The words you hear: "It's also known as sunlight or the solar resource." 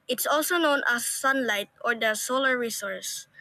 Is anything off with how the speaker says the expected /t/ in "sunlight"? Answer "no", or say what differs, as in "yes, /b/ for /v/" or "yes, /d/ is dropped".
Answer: no